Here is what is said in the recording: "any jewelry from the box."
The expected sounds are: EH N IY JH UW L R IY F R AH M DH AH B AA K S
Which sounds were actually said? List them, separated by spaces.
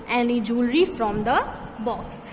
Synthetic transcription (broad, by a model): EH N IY JH UW L R IY F R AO M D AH B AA K S